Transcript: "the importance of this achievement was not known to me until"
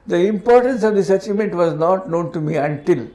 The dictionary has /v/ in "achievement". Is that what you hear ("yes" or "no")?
no